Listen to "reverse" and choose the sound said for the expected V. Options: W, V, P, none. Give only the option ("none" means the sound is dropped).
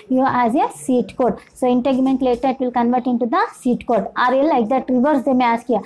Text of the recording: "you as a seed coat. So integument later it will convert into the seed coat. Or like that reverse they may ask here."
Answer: V